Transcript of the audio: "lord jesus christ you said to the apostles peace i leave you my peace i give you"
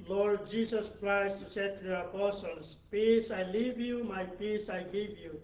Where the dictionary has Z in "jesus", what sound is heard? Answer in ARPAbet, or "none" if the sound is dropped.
S